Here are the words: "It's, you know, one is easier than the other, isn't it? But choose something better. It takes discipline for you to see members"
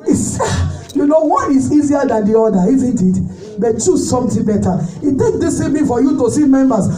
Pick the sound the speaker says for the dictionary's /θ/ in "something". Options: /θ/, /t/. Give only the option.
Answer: /t/